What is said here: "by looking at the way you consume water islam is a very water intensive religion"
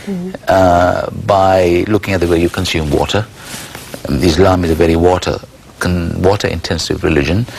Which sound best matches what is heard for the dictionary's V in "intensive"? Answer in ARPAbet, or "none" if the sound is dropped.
V